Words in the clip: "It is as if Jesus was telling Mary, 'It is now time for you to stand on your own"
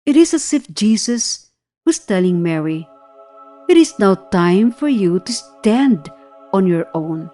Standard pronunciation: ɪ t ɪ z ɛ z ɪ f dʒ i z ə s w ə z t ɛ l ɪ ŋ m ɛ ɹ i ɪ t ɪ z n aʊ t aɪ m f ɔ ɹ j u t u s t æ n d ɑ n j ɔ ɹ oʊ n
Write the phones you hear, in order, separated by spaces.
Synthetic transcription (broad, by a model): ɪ t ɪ s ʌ s ɪ f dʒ i s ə s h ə s t ɛ l ɪ ŋ m ɛ ɹ i ɪ t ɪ s n aʊ t aɪ m f ɔ ɹ j u t u s t æ n d ɑ n j ɔ ɹ oʊ n